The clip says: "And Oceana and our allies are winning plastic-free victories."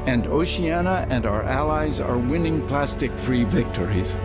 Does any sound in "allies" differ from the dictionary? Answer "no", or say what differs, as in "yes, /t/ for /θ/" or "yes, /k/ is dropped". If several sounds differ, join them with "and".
no